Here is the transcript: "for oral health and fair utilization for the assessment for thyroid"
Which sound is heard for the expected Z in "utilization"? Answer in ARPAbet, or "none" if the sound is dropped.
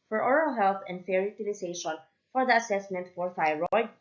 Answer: S